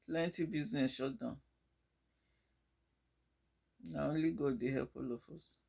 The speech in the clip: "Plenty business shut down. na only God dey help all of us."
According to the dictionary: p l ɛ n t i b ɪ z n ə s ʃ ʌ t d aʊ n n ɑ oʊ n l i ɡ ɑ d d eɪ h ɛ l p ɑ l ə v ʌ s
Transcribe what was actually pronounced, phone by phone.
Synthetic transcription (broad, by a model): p l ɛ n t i b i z n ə s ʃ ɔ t d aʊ n n ɑ oʊ n l i ɡ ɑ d d eɪ h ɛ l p ɑ l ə f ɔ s